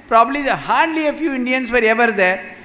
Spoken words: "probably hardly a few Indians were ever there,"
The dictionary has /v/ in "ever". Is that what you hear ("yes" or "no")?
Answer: yes